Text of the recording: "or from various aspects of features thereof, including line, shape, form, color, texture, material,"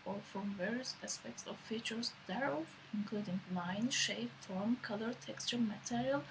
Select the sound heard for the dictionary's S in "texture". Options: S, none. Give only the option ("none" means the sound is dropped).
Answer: S